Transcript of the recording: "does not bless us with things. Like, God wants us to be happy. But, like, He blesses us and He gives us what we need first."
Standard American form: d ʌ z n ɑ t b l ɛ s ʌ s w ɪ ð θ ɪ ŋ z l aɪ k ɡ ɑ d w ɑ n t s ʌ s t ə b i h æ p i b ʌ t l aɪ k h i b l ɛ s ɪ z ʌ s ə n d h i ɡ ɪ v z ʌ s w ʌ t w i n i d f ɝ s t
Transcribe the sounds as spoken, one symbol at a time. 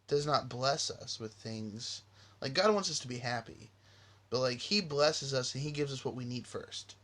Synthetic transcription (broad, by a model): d ʌ z n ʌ t b l ɛ s ʌ s w ɪ ð θ ɪ ŋ z l aɪ k ɡ ɑ d w ɑ n t s ʌ s t ə b i h æ p i b ʌ t l aɪ k h i b l ɛ s ɪ z ʌ s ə n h i ɡ ɪ v z ʌ s w ʌ t w i n i d f ɝ s t